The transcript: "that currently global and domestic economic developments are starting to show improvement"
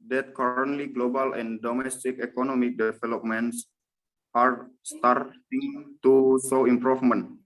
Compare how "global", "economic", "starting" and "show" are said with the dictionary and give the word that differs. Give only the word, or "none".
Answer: show